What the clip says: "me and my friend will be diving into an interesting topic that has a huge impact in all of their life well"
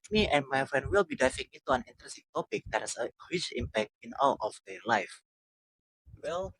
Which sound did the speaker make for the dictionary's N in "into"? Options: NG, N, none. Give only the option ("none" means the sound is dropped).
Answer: none